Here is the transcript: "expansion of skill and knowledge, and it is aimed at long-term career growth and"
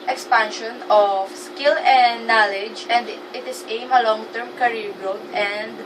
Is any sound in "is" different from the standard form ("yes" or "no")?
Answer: yes